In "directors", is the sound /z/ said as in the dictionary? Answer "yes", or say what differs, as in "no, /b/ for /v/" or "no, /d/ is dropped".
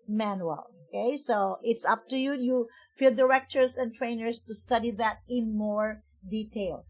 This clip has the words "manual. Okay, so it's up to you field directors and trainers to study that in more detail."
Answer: no, /s/ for /z/